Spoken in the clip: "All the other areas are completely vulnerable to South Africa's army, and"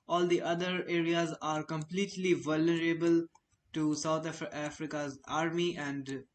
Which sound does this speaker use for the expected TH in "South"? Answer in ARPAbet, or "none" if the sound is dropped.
T